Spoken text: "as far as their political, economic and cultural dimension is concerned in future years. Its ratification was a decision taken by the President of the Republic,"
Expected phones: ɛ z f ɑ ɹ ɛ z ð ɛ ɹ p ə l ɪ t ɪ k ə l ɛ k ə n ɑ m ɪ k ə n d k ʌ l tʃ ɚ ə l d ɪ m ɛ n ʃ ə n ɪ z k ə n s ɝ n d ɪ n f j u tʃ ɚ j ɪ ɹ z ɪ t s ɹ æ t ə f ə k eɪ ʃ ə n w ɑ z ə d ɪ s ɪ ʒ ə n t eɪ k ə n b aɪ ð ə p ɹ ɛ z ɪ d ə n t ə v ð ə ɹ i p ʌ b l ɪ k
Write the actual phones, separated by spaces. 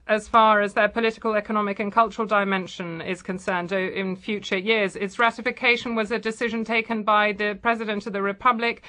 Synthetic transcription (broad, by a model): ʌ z f ɑ ɹ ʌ z ð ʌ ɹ p ə l ɪ t ɪ k ə l ɛ k ə n ɑ m ɪ k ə n k ʌ l tʃ ɚ ə l d ɪ m ɛ n ʃ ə n ɪ z k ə n s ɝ n d ɪ n f j u tʃ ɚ j ɪ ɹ z ɪ t s ɹ æ t ə f ə k eɪ ʃ ə n w ɑ z ə d ɪ s ɪ ʒ ə n t eɪ k ə n b aɪ ð ə p ɹ ɛ z ɪ d ə n t ə v ð ə ɹ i p ʌ b l ɪ k